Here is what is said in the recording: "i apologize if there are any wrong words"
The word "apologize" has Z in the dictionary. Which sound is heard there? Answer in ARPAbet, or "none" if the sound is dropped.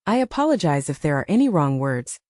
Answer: Z